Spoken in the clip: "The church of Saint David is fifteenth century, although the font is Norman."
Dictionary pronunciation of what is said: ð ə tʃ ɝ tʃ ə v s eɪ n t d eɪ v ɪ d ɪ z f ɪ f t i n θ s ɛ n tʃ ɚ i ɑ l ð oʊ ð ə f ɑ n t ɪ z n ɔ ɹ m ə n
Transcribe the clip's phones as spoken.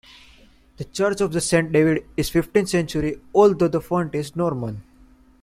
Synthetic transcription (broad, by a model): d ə tʃ ɝ tʃ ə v s eɪ n t d eɪ v ɪ d ɪ z f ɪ f t i n s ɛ n tʃ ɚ i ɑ l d oʊ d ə f ɑ n t ɪ z n ɔ ɹ m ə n